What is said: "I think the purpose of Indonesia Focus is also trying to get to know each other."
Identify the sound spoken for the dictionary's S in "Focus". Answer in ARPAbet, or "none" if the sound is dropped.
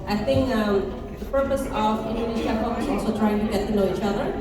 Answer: none